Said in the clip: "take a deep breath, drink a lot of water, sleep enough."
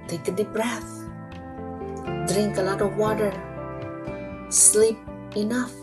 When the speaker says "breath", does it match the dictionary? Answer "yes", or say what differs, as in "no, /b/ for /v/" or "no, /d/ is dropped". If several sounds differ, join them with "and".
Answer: yes